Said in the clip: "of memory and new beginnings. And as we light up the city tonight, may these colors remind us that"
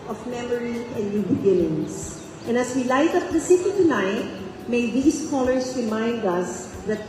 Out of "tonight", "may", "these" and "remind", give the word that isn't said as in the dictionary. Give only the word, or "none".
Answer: these